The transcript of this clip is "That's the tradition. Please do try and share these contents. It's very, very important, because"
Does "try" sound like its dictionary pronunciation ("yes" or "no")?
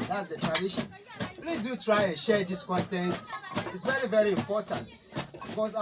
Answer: yes